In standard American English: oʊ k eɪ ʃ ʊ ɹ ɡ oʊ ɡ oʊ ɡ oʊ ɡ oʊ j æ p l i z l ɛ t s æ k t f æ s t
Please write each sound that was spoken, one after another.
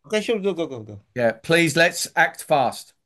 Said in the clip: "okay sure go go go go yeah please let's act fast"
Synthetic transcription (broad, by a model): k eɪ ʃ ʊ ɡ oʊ ɡ oʊ ɡ oʊ ɡ oʊ j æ p l i z l ɛ t s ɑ k t f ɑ s t